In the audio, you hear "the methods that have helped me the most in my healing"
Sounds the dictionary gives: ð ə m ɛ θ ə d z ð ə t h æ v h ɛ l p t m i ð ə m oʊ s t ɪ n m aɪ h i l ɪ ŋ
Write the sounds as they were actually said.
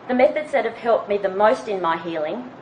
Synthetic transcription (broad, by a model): ð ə m ɛ θ ə d z ð ə t h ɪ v h ɛ l p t m i ð ə m oʊ s t ɪ n m aɪ h i l ɪ ŋ